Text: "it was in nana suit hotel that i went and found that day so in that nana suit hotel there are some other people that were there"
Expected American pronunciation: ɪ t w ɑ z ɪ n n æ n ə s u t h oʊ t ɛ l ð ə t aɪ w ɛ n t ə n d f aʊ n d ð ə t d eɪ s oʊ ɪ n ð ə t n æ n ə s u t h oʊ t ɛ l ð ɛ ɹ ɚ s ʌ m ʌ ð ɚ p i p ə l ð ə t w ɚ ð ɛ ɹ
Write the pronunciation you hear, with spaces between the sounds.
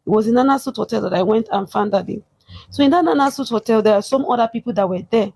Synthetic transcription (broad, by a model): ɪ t w ɑ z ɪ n n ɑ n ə s u t h oʊ t ɛ l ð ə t aɪ w ɛ n t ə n f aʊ n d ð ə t d eɪ s oʊ ɪ n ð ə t n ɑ n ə s u t h oʊ t ɛ l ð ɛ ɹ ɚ s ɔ m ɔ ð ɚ p i p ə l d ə t w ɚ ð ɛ